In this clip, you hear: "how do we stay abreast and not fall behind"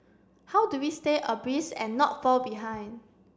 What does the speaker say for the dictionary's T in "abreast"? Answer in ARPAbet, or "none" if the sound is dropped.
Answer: none